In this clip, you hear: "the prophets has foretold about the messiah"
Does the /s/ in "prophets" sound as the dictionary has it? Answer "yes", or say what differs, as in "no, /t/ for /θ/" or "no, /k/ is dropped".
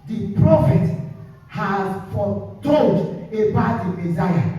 no, /s/ is dropped